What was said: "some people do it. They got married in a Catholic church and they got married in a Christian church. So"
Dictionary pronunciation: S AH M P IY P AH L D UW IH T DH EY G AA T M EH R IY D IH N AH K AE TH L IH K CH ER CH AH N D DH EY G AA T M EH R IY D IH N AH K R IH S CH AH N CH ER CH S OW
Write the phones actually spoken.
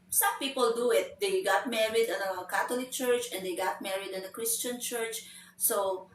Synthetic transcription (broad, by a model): S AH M P IY P AH L D UW IH T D EY G AA T M EH R IY D IH N AH K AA T L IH K CH ER CH AH N D EY G AA T M EH R IY D IH N AH K R IH S CH AH N CH ER CH S OW